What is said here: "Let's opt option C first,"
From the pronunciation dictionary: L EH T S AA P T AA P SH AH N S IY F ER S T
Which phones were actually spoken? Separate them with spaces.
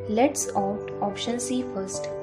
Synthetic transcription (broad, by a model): L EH T S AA T AA P SH AH N S IY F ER S T